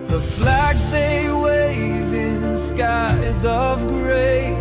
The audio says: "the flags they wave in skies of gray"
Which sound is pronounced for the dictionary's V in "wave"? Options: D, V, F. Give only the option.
V